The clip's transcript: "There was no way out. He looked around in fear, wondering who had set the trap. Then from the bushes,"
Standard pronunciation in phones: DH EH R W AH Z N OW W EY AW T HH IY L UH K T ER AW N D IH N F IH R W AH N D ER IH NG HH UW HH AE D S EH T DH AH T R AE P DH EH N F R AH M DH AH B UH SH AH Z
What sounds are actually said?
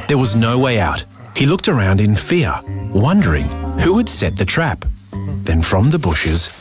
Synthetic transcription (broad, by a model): DH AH R W AH Z N OW W EY AW T HH IY L UH K T ER AW N D IH N F IH R W AH N D ER IH NG HH UW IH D S EH T DH AH T R AE P DH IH N F R AH M DH AH B UH SH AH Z